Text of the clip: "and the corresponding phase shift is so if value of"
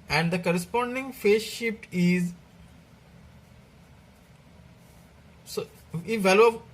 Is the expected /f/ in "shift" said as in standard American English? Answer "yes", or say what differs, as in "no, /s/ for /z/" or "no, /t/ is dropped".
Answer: no, /p/ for /f/